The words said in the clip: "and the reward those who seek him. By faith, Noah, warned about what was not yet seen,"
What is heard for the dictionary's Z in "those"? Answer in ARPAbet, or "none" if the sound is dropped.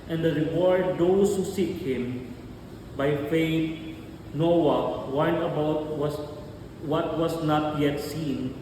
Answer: S